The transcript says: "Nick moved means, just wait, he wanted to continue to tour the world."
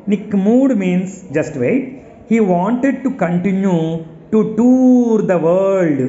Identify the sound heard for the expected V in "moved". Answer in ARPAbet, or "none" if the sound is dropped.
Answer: none